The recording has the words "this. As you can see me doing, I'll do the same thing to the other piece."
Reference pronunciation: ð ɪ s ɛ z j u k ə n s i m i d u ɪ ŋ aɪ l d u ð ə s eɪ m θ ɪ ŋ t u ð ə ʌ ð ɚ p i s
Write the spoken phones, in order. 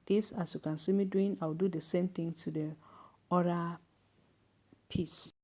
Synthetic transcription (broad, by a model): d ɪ s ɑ s j u k ə n s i m i d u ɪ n aɪ w d u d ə s eɪ m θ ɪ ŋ t u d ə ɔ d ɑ p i s